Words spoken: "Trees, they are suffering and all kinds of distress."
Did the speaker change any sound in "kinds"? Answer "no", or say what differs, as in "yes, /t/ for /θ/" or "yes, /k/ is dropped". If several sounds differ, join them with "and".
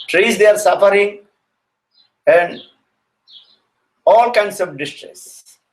yes, /s/ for /z/